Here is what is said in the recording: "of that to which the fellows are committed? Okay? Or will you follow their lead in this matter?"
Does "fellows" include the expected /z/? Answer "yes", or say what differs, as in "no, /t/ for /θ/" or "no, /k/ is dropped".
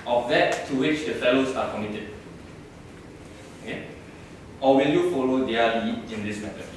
no, /s/ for /z/